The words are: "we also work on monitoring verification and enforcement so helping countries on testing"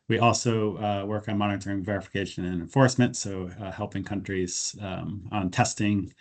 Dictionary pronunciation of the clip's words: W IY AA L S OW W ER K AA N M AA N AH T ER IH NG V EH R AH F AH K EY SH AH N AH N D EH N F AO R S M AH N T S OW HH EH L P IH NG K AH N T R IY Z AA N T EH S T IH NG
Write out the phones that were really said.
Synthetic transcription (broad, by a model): W IY AA L S OW W ER K N M AA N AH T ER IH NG V EH R AH F AH K EY SH AH N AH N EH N F AO R S M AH N T S OW HH EH L P IH NG K AH N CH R IY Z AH N T EH S T IH NG